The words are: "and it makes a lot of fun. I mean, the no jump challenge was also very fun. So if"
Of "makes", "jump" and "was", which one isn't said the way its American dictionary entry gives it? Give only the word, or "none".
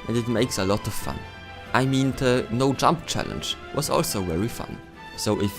none